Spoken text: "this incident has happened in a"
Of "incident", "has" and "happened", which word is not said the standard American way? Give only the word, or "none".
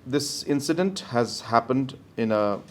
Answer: none